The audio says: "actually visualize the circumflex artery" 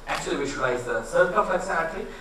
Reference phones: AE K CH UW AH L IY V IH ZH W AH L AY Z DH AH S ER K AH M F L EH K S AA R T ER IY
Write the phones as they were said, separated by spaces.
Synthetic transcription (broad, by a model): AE K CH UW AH L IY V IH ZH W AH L AY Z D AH S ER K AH F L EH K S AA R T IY